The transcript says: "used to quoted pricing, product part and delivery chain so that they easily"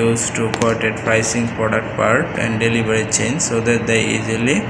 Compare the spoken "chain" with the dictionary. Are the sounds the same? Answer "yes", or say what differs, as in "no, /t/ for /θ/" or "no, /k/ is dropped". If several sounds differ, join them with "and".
yes